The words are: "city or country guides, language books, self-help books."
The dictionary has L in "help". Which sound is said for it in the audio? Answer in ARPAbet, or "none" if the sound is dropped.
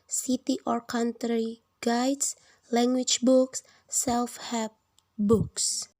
none